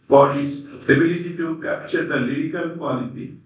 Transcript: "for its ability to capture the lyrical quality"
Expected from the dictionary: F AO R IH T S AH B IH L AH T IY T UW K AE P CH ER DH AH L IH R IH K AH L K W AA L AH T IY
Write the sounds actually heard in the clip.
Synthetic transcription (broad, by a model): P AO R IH S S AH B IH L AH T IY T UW K AE P CH ER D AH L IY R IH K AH L K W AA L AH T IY